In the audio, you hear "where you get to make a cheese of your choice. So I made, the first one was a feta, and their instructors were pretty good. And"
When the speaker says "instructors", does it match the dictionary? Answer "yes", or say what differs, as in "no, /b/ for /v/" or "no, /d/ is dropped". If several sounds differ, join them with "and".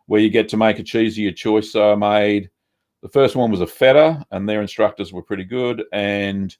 yes